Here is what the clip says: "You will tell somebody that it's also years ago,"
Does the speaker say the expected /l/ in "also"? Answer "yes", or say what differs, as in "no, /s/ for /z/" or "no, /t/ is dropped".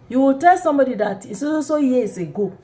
no, /l/ is dropped